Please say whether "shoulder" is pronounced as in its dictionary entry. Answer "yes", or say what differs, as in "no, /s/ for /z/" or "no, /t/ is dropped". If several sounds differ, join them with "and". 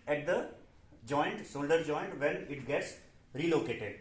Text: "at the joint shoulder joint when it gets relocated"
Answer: no, /s/ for /ʃ/